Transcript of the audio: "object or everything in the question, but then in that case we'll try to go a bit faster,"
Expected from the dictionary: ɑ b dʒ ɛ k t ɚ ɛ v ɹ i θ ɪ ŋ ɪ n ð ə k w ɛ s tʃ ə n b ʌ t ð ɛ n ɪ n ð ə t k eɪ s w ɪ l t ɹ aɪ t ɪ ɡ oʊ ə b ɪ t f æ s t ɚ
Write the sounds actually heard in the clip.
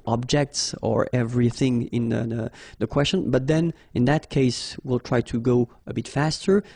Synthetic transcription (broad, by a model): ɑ b dʒ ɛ k t ɚ ɛ v ɹ i θ ɪ ŋ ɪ n ð ə k w ɛ s tʃ ə n b ʌ t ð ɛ n ɪ n ð ə t k eɪ s w ɪ l t ɹ aɪ t ɪ ɡ oʊ ə b ɪ t f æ s t ɚ